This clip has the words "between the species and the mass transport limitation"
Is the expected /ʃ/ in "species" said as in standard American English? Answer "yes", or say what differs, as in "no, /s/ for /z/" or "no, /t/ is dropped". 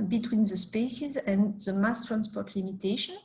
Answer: no, /s/ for /ʃ/